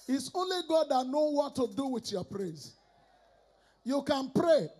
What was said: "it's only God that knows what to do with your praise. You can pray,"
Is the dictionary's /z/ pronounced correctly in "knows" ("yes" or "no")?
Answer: no